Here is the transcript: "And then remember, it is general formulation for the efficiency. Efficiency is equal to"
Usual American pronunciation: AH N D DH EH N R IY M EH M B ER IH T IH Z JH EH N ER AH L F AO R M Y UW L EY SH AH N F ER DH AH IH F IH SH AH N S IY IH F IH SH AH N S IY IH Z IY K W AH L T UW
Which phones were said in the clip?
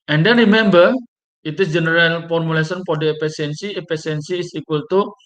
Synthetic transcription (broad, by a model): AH N D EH N R IY M EH M B ER IH T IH S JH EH N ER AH L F AO R M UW L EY S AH N P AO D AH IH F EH S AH N S IY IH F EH S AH N S IY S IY K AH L T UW